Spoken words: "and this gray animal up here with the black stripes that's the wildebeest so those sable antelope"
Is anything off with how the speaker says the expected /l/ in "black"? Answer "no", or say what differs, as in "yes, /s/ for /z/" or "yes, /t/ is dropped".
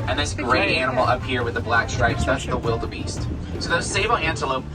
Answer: no